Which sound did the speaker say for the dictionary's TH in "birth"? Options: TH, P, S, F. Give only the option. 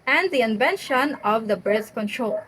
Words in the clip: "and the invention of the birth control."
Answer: S